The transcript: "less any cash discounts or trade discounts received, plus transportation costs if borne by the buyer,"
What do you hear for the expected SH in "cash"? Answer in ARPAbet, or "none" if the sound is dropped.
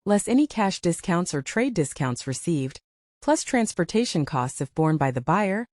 SH